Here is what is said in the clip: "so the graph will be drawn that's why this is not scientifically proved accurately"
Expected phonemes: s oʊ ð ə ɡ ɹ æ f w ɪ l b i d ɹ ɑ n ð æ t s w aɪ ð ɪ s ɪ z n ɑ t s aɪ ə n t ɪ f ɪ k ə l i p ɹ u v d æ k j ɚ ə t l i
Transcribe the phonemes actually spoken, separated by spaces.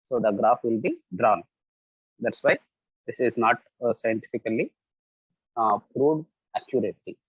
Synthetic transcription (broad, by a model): s oʊ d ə ɡ ɹ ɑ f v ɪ l b i d ɹ ɑ n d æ t s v aɪ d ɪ s ɪ z n ɑ t s aɪ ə n t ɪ f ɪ k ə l i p ɹ u d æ k j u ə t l i